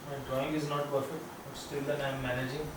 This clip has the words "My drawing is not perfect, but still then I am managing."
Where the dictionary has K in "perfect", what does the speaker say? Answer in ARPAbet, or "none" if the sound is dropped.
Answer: K